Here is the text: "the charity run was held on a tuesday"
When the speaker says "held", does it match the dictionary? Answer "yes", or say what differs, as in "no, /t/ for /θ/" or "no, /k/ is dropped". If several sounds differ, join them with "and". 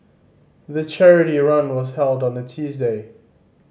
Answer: yes